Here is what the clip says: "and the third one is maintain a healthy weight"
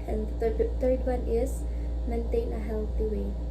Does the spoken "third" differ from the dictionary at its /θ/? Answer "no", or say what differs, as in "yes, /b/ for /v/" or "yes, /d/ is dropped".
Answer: yes, /t/ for /θ/